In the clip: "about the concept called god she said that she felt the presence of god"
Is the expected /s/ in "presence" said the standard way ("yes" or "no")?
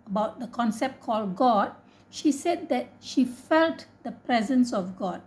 yes